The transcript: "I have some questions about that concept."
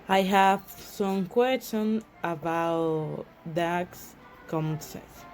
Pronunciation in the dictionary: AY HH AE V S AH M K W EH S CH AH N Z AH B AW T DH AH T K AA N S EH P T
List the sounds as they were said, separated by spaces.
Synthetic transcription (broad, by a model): AY HH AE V S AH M K W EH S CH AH N AH B AW T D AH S K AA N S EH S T